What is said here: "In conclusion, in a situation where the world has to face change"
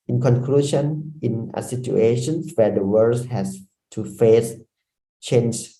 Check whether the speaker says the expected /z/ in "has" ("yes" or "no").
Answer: no